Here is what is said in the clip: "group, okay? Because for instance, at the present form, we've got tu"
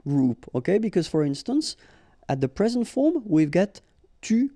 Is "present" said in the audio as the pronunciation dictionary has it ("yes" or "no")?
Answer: yes